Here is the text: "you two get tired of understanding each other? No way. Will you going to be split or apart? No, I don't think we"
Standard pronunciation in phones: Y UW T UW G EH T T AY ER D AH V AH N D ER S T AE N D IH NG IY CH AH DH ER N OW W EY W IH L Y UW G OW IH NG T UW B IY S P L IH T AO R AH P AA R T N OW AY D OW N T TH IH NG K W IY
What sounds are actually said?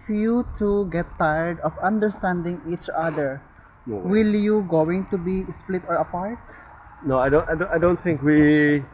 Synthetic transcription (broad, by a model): Y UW T UW G EH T T AY ER D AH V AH N D ER S T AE N D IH NG IY CH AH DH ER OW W W IH L Y UW G OW IH NG T UW B IY S P L IH T AO R AH P AA R T N OW AY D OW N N TH IH NG K W IY